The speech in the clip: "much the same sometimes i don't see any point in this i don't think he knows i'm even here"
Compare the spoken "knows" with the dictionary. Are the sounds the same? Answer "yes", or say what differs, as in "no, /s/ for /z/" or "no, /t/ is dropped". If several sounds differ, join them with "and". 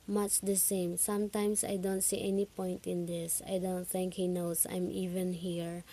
no, /s/ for /z/